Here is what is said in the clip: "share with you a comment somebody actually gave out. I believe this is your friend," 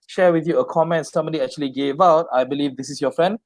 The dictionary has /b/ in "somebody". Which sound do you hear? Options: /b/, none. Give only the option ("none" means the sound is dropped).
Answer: none